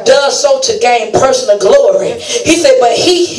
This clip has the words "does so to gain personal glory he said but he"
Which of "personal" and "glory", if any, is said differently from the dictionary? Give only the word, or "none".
personal